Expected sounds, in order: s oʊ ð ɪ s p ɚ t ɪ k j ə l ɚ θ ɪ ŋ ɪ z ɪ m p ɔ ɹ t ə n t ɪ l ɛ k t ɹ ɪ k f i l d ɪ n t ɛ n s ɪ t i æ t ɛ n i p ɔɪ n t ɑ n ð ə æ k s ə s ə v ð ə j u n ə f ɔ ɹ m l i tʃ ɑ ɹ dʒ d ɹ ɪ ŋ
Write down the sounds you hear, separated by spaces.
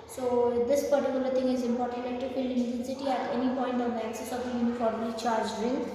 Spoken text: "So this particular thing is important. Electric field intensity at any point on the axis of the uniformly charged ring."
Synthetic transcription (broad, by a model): s oʊ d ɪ s p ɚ t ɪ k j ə l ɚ t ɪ ŋ ɪ z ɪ m p ɔ ɹ t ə n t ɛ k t ɪ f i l ɪ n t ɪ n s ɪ t i æ t ɛ n i p ɔɪ n t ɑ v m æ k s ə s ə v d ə j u n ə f ɔ ɹ m l i tʃ ɑ ɹ dʒ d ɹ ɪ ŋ